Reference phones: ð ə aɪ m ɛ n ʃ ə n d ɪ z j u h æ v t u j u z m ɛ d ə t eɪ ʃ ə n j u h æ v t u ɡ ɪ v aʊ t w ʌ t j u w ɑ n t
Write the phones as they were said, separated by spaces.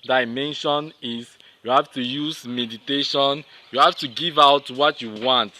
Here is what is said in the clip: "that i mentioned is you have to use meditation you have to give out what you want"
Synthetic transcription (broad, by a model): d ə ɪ m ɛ n ʃ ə n ɪ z j u h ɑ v t u j u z m ɛ d ə t eɪ ʃ ə n j u h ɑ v t u ɡ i v aʊ t w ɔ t j u w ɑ n t